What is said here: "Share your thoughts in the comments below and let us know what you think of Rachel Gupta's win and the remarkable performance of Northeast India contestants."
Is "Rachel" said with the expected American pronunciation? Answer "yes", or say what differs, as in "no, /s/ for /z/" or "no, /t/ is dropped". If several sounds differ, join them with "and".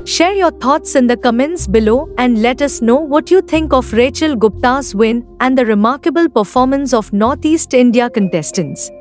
yes